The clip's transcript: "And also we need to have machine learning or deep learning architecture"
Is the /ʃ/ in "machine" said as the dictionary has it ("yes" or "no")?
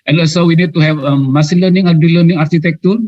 no